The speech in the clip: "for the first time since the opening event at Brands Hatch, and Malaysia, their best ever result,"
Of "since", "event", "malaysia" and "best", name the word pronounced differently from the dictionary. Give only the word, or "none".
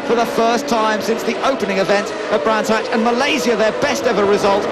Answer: malaysia